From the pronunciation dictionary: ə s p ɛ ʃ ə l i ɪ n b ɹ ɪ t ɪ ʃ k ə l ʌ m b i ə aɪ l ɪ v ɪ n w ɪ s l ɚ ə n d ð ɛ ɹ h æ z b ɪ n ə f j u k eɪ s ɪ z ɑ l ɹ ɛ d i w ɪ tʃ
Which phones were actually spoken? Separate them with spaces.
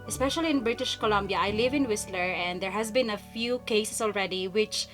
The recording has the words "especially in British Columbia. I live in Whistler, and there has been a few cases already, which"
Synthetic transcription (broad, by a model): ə s p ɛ ʃ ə l i ɪ n b ɹ ɪ t ɪ ʃ k ə l ʌ m b i ə aɪ l ɪ v ɪ n w ɪ s l ɚ ə n d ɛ ɹ h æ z b ɪ n ə f j u k eɪ s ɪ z ɑ l ɹ ɛ d i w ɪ tʃ